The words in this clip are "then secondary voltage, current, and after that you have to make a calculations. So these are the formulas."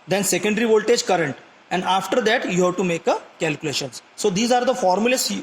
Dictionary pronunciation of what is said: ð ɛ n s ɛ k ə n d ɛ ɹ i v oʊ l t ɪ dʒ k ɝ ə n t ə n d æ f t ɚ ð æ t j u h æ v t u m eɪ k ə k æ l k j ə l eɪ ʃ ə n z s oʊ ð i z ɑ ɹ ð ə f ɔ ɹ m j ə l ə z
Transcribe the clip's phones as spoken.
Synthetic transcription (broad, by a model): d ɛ n s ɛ k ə n d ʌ ɹ i v oʊ l t ɪ dʒ k ɝ ə n t ə n d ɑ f t ɚ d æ t j u h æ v t u m eɪ k ə k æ l k j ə l eɪ ʃ ə n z s oʊ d i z ɑ ɹ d ə f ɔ ɹ m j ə l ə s